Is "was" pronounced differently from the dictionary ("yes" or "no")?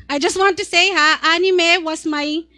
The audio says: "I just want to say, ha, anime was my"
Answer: yes